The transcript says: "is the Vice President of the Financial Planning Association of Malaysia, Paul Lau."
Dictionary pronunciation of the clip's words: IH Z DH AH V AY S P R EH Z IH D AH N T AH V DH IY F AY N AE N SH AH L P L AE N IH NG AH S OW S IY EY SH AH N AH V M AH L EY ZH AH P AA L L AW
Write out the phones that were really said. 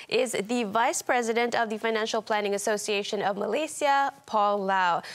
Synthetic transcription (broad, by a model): IH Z DH AH V AY S P R EH Z IH D AH N T AH V DH IY F AY N AE N SH AH L P L AE N IH NG AH S OW S IY EY SH AH N AH V M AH L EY S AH P AA L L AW